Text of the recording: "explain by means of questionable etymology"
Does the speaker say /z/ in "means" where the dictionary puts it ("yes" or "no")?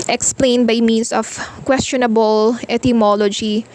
no